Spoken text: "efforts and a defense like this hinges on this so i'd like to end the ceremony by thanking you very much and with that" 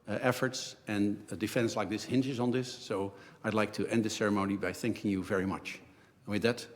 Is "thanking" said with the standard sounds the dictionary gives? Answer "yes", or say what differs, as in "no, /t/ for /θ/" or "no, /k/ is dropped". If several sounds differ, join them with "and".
yes